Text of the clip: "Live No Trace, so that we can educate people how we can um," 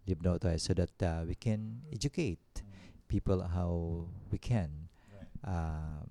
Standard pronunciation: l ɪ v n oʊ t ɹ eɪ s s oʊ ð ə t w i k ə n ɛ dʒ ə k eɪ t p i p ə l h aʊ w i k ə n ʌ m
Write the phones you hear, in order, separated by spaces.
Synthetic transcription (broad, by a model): l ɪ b n oʊ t ɔ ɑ s oʊ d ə t w i k ə n ɛ dʒ ə k eɪ t p i p ə l h aʊ w i k ə n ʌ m